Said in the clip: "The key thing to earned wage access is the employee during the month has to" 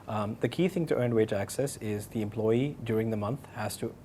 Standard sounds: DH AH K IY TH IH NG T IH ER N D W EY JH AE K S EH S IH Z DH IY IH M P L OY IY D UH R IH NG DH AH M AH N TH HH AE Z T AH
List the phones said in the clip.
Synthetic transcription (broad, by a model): DH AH K IY TH IH NG T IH ER N W EY JH AE K S EH S IH Z DH IY IH M P L OY IY D UH R IH NG DH AH M AH N TH HH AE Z T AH